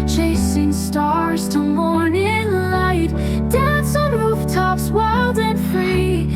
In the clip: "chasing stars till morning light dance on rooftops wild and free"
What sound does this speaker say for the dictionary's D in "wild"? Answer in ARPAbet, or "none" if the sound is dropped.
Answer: D